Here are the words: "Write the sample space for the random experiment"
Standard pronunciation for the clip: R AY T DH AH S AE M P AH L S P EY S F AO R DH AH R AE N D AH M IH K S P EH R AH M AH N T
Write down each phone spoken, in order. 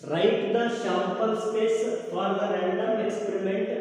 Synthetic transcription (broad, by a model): R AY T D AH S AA P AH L S P EY S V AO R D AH R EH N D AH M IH K S P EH R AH M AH N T